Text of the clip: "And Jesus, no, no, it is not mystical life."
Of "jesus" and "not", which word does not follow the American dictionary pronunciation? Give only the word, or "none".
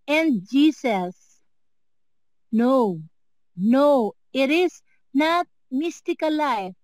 jesus